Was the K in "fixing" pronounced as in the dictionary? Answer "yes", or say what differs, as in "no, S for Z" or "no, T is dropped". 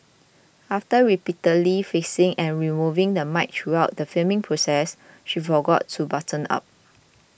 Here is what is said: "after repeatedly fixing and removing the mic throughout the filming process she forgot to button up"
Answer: no, K is dropped